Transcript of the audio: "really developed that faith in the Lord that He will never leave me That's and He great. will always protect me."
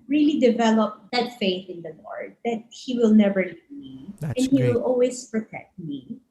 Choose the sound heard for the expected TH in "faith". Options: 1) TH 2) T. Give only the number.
1